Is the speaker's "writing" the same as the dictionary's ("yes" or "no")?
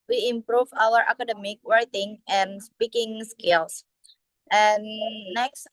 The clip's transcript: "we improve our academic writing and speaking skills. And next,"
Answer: no